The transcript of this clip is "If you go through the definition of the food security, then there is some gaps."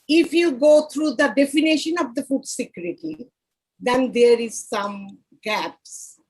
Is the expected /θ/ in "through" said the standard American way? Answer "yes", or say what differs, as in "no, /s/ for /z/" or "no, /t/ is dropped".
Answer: no, /t/ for /θ/